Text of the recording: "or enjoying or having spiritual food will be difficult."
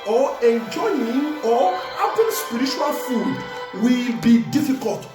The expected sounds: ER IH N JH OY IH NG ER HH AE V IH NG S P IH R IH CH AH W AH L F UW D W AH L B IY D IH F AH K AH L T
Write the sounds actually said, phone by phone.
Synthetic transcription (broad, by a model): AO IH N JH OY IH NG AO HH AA P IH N S P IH R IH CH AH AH L F UW D W AH L B IY D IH F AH K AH L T